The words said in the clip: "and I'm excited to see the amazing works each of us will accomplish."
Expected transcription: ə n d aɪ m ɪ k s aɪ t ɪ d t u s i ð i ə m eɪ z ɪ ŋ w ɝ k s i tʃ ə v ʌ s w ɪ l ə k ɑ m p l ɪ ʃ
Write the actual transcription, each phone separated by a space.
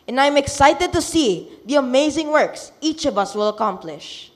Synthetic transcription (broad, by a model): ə n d aɪ m ɪ k s aɪ t ɪ d t u s i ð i ə m eɪ z ɪ ŋ w ɝ k s i tʃ ə v ʌ s w ɪ l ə k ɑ m p l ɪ ʃ